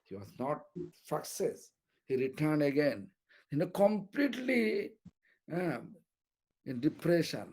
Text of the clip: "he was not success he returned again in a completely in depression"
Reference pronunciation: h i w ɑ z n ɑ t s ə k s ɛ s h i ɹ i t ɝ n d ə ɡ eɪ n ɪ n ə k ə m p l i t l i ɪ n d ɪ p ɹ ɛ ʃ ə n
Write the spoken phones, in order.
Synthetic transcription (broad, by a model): h i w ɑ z n ɑ t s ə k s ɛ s h i ɹ i t ɝ n d ə ɡ eɪ n ɪ n ə k ə m p l i t l i ɪ n d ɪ p ɹ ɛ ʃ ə n